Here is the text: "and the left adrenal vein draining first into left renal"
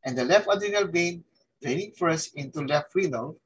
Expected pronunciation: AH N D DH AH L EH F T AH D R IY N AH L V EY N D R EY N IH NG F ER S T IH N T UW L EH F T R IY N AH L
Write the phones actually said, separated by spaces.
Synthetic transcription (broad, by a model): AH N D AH L EH F T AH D IY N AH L B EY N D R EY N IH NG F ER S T IH N T UW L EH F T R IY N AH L